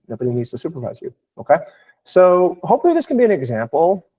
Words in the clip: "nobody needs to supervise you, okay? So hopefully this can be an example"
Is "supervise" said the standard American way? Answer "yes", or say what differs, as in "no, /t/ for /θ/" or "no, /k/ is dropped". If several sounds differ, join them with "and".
yes